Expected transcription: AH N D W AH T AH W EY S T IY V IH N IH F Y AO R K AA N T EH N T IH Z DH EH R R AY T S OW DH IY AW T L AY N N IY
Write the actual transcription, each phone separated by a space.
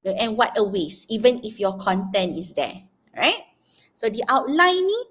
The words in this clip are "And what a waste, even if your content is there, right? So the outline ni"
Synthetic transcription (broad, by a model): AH N W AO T AH W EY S IY V IH N IH F Y AO K AA N T EH N T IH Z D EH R R AY T S OW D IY AW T L AY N N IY